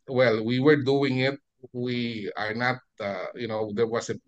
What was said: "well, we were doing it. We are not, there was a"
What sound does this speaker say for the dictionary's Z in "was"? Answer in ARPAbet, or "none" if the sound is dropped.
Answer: S